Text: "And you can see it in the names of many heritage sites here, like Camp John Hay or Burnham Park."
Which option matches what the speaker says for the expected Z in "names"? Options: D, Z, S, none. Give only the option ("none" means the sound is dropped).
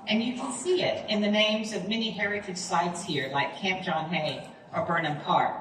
Z